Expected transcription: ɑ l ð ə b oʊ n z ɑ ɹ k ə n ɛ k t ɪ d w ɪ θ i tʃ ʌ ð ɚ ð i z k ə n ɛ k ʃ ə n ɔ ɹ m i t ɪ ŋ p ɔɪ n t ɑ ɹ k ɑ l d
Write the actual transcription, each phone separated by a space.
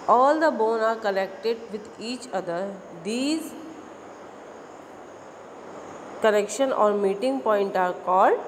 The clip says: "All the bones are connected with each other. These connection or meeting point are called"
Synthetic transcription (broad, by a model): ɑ l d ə b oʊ n ɑ ɹ k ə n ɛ k t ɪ d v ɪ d i tʃ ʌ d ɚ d i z k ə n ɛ k ʃ ə n ɔ ɹ m i t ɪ ŋ p ɔɪ n t ɑ ɹ k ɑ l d